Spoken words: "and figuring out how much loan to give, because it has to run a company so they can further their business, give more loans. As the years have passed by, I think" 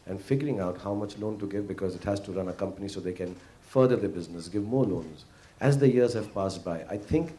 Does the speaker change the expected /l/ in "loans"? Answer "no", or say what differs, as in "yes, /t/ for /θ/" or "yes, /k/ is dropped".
no